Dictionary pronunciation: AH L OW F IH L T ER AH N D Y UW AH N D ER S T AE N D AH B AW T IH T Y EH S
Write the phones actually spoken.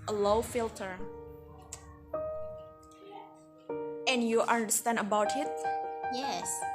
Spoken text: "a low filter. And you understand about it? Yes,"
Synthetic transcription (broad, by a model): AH L OW F IH L T ER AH N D Y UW AH N D ER S T AE N D AH B AW T IH T Y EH S